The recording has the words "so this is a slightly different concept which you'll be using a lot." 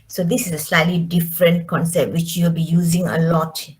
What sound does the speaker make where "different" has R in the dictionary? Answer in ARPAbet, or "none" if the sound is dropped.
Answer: R